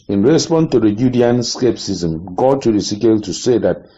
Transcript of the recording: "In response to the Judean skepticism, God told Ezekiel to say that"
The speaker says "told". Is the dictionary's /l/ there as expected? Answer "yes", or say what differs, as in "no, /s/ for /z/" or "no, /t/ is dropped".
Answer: no, /l/ is dropped